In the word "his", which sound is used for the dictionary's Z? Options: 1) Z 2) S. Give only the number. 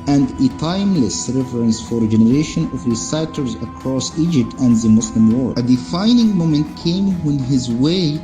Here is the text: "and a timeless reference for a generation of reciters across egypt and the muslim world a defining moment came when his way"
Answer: 1